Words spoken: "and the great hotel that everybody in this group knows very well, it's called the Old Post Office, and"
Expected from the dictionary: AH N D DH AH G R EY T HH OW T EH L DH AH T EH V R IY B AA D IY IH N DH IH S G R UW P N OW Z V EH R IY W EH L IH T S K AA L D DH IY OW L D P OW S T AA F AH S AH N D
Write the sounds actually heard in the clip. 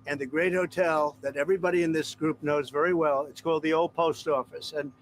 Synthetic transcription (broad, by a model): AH N DH AH G R EY T HH OW T EH L DH AH T EH V R IY B AA D IY IH N DH IH S G R UW P N OW Z V EH R IY W EH L IH T S K AA L D DH IY OW L D P OW S T AA F AH S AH N